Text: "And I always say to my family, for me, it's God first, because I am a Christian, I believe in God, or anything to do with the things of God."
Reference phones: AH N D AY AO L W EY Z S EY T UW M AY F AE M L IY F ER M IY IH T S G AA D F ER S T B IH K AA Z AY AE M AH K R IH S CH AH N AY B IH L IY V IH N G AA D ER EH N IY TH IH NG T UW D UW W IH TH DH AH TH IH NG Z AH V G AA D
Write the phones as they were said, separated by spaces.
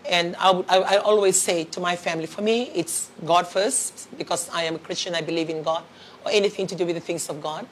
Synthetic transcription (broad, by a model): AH N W AY AO L W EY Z S EY T UW M AY F AE M L IY F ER M IY IH T S G AA D F ER S T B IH K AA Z AY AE M AH K R IH S CH AH N AY B IH L IY V IH N G AA D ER EH N IY TH IH NG T UW D UW W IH DH AH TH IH NG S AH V G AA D